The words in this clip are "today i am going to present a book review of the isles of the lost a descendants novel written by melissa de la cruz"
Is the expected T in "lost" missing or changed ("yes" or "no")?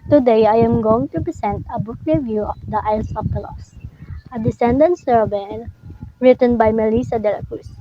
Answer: yes